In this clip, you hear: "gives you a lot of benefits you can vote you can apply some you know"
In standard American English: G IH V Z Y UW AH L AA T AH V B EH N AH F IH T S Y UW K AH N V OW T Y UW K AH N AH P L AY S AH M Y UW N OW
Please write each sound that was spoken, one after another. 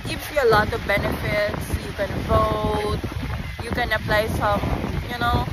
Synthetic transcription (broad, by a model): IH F Y UW AH L AA T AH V B EH N AH F IH T S Y UW K AH N F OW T Y UW K AH N AH P L AY S AH M Y UW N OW